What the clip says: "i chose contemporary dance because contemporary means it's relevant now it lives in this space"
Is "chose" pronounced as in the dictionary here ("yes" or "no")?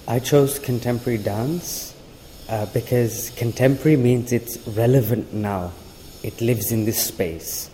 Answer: yes